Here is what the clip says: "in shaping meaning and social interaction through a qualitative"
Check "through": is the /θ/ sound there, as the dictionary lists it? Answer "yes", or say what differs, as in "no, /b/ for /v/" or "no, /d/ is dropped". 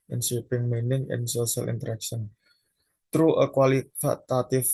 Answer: no, /t/ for /θ/